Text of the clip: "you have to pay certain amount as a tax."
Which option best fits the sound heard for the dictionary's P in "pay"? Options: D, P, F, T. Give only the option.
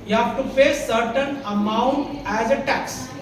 F